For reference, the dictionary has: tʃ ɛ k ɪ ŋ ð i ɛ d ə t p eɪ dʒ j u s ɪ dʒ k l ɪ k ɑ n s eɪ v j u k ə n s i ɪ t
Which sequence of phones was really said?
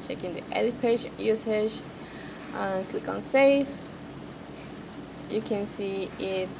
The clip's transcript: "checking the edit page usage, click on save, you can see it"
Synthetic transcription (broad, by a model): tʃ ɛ k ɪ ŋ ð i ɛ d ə p eɪ dʒ j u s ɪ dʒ k l ɪ k ɑ n s eɪ f j u k ə n s i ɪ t